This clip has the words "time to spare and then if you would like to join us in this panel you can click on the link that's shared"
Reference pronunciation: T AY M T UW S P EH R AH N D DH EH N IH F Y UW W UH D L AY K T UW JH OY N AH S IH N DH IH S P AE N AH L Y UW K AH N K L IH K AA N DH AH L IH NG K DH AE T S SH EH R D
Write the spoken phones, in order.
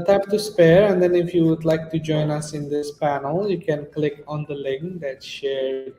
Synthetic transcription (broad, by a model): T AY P T UW S P EH R AH N D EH N IH F Y UW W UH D L AY K T UW JH OY N AH S IH N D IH S P AE N AH L Y UW K AH N K L IH K AA N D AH L IH NG K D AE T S SH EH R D